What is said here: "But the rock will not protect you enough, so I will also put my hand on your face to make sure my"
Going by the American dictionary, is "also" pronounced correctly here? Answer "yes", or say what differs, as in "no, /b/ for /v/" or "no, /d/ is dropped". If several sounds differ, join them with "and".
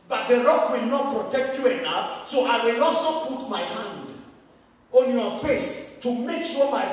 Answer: no, /l/ is dropped